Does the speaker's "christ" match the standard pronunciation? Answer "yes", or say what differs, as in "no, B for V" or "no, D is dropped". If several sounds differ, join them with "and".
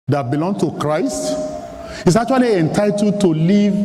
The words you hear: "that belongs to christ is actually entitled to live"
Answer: yes